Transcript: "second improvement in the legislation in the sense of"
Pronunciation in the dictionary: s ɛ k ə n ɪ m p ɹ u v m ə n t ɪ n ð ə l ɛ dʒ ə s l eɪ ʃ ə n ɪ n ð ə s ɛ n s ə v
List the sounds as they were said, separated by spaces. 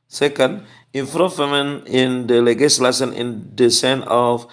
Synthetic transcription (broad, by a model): s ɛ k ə n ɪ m f ɹ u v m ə n ɪ n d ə l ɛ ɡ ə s l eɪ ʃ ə n ɪ n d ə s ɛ n ə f